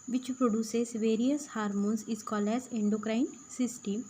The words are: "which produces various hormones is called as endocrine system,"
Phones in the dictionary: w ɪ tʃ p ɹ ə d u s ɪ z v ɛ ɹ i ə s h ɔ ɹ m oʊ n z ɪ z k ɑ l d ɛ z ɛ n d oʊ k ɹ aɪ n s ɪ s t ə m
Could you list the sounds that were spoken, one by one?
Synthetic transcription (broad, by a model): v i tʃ p ɹ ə d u s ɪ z v ɛ ɹ i ə s h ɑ ɹ m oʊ n s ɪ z k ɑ l ɛ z ɛ n d oʊ k ɹ aɪ n s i s t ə m